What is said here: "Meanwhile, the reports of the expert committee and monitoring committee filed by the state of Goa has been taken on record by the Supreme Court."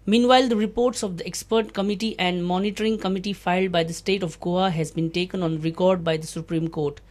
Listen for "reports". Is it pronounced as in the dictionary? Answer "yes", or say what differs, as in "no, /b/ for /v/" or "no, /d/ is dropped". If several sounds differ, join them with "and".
yes